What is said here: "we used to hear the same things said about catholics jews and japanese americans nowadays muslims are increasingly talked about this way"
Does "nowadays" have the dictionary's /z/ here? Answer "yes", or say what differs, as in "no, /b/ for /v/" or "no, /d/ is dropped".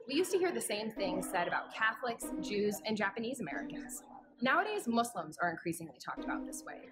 yes